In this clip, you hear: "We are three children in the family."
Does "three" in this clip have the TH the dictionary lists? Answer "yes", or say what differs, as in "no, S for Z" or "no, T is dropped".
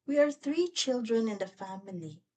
yes